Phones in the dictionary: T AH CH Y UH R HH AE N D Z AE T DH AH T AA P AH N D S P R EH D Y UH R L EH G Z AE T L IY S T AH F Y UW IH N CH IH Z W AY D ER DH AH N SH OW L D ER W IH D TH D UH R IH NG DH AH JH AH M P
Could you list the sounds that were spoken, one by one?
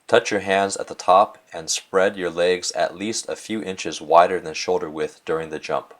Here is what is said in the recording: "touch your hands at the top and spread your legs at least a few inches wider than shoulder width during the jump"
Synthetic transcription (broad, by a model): T AH CH Y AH R HH AE N D Z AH T DH AH T AA P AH N S P R EH D Y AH R L EH G Z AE T L IY S T AH F Y UW IH N CH IH Z W AY D ER DH AH N SH OW L D ER W IH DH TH D UH R IH NG DH AH JH AH M P